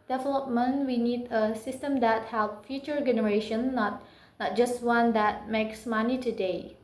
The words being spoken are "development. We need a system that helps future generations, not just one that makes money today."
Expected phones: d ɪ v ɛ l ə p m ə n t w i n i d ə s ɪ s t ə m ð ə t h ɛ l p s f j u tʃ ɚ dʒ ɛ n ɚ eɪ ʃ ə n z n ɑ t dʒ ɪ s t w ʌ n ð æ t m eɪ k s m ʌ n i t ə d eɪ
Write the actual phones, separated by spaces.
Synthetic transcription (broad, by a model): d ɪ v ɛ l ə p m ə n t w i n i d ə s ɪ s t ə m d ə t h ɛ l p f j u tʃ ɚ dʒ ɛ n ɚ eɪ ʃ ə n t n ɑ t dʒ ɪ s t w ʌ n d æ t m eɪ k s m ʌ n i t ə d eɪ